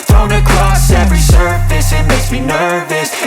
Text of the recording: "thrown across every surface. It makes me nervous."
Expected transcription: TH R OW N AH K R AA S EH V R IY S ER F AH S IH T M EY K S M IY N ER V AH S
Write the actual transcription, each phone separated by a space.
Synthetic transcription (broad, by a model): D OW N AH K R AA S EH V R IY S ER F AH S IH T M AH S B IY N ER V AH S